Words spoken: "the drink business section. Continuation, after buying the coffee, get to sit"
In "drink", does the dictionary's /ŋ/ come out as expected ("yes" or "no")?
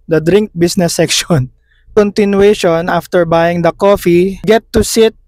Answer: yes